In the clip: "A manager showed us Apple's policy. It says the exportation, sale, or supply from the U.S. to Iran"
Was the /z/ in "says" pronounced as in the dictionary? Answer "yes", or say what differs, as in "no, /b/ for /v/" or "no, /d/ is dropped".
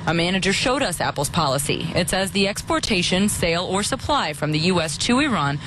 yes